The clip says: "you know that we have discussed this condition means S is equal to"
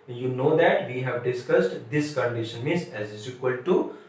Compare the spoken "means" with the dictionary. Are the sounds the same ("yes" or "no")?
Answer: no